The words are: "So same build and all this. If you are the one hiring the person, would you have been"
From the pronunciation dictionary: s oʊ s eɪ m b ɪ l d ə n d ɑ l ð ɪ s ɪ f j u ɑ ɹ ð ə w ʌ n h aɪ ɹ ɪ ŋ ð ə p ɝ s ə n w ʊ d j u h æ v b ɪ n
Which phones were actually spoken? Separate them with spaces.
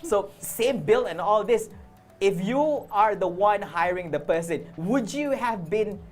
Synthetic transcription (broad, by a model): s oʊ s eɪ m b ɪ l ə n ɑ l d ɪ s ɪ f j u ɑ ɹ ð ə w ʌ n h aɪ ɹ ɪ ŋ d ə p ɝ s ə n w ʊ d j u h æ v b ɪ n